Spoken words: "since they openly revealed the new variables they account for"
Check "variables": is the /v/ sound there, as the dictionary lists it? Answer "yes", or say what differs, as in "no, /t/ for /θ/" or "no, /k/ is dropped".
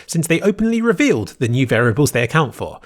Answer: yes